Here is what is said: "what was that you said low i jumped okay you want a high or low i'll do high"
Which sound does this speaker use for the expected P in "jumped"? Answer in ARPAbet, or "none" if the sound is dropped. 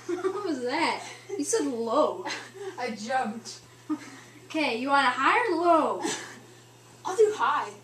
P